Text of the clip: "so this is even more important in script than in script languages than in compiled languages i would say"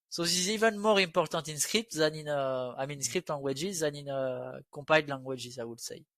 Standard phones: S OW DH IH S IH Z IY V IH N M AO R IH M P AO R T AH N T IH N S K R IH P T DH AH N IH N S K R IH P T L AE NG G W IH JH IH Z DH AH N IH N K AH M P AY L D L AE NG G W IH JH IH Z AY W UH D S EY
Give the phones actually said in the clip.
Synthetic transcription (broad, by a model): S OW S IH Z IY V IH N M AO R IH P AO R T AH T IH N S K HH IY P T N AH N IH N S K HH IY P T L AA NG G W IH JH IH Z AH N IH N K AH P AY D L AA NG G W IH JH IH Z AY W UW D S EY